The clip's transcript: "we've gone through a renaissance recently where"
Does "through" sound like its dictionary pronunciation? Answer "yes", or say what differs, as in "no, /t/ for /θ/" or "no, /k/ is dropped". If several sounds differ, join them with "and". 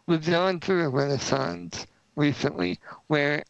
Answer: yes